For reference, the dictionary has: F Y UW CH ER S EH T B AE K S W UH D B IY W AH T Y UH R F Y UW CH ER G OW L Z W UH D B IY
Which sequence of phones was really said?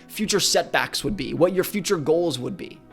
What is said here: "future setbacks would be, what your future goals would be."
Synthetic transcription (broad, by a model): F Y UW CH ER S EH T B AE K S W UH D B IY W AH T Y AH R F Y UW CH ER G OW L Z W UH D B IY